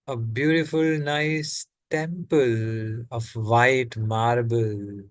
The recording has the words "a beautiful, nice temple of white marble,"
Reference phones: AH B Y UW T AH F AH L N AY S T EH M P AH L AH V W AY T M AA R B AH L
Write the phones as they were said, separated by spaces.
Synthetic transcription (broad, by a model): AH B Y UW T AH F AH L N AY S T EH M P AH L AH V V AY T M AA R B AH L